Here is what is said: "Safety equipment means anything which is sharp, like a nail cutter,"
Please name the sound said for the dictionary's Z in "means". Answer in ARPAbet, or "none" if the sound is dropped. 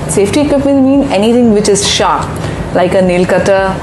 none